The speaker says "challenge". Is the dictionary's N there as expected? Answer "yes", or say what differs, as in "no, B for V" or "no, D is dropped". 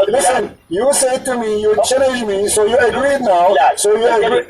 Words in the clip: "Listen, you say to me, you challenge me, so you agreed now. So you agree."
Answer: no, N is dropped